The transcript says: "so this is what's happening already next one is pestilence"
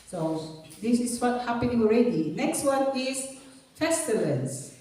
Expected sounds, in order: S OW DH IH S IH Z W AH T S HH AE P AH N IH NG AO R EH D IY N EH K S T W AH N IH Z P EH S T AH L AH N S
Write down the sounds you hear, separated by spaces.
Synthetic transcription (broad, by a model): S OW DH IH S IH S W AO T HH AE P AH N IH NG AO R EH D IY N EH K S T W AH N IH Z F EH S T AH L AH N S